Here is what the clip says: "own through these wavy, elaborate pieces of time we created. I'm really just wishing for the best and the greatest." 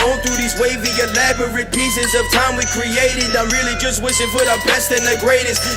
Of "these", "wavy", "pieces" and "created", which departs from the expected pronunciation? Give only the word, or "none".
none